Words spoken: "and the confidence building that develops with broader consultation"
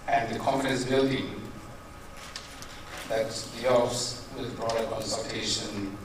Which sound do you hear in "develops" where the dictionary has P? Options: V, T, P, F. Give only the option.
F